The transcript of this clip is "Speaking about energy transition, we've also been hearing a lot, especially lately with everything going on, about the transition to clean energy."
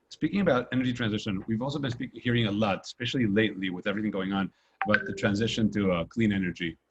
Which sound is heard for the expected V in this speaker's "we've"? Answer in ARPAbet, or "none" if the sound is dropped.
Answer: V